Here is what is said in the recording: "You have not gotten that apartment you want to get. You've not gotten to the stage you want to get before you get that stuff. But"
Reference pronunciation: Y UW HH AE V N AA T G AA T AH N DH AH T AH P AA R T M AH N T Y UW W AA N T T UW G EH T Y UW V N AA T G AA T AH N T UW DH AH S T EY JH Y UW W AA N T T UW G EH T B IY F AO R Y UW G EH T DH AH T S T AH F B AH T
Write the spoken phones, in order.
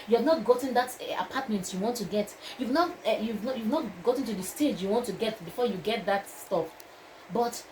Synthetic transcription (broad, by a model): Y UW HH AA V N AA T G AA T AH N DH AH T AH P AA T M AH N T Y UW W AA N T T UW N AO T Y UW V N AA T G AA T AH N T UW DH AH S T EY JH Y UW W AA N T T UW G EH T B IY F AO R Y UW G EH T DH AH T S T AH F B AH T